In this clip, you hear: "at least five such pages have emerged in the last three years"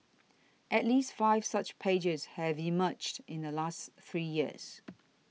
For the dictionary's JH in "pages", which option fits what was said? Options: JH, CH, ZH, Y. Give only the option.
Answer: JH